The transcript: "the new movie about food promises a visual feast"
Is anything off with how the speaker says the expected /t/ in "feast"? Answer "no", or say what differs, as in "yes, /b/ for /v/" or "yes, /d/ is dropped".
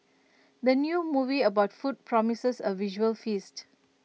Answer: no